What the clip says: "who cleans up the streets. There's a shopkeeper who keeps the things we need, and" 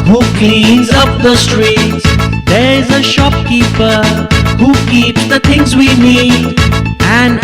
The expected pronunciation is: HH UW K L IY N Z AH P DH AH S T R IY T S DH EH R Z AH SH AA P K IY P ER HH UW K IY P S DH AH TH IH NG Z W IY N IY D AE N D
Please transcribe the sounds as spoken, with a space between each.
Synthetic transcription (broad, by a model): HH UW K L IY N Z AH P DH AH S T R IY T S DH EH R Z AH SH AA P K IY P ER HH UW K IY P S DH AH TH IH NG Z W IY N IY D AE N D